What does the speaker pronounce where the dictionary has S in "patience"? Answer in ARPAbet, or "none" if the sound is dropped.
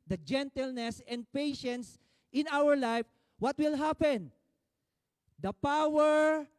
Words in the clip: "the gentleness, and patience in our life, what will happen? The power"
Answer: S